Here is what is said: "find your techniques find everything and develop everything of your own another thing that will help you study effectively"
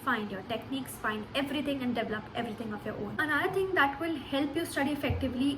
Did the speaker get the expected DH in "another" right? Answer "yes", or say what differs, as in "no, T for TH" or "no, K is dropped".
no, DH is dropped